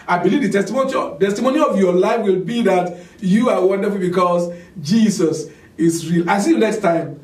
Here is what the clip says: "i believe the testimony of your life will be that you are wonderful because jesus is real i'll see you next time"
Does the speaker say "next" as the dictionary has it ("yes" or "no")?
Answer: yes